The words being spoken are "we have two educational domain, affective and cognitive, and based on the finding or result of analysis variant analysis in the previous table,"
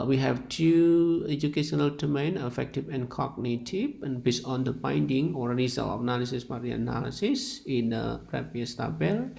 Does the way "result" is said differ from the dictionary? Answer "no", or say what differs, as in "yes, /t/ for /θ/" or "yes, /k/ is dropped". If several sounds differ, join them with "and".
yes, /t/ is dropped